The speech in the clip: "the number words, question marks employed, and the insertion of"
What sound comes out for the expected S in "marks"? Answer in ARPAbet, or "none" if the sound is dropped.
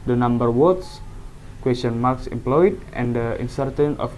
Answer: S